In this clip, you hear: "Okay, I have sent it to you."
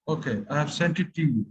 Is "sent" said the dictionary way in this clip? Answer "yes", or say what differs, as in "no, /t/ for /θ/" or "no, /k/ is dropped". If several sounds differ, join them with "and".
yes